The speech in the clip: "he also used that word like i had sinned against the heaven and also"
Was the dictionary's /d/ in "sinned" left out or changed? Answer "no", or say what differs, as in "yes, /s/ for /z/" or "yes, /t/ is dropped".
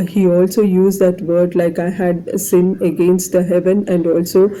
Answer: yes, /d/ is dropped